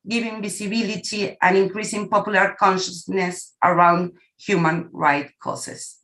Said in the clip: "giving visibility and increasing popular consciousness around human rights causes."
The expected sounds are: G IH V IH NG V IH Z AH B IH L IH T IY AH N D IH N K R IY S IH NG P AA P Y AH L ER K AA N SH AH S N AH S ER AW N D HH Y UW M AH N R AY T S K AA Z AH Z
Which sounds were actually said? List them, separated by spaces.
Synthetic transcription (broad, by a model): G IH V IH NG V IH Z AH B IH L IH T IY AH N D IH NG K R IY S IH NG P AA P Y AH L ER K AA N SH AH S N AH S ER AW N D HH Y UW M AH N R AY T K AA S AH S